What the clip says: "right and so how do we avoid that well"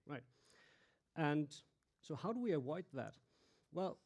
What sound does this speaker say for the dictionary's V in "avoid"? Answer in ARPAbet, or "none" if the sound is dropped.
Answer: W